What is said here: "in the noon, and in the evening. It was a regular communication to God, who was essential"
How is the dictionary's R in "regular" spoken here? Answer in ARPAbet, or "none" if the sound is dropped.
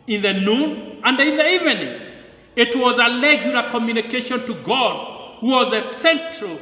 L